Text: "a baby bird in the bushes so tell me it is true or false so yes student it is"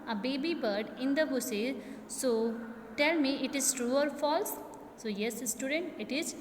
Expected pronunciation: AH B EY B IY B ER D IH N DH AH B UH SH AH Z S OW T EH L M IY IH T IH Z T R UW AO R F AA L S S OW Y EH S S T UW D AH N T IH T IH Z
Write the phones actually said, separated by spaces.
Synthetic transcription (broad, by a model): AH B EY B IY B ER D IH N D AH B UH S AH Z S OW T EH L M IY IH T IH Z T R UW AO R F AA L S S OW Y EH S S T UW D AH N T IH T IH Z